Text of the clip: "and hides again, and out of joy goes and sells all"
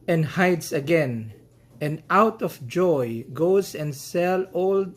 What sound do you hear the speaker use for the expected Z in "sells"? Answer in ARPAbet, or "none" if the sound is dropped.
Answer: none